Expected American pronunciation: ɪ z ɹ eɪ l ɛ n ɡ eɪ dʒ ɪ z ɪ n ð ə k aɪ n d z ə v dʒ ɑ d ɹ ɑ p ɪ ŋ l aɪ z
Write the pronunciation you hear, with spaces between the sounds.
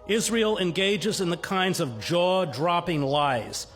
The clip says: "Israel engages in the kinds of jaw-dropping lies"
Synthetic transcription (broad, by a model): ɪ z ɹ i l ɛ n ɡ eɪ dʒ ɪ z ɪ n ð ə k aɪ n d z ə v dʒ ɑ d ɹ ɑ p ɪ ŋ l aɪ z